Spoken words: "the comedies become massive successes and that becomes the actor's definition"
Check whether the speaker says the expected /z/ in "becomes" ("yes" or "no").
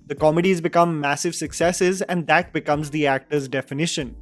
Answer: yes